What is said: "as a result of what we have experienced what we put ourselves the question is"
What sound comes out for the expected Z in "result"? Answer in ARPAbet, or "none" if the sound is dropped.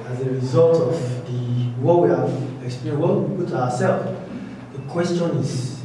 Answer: Z